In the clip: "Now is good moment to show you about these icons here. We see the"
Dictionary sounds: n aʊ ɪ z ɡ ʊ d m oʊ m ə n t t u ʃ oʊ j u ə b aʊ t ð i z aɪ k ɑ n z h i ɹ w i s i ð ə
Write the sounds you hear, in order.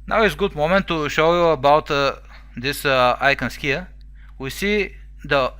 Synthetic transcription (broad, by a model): n aʊ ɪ s ɡ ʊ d m oʊ m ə n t t u ʃ oʊ j u ə b aʊ t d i s aɪ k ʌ n s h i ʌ w i s i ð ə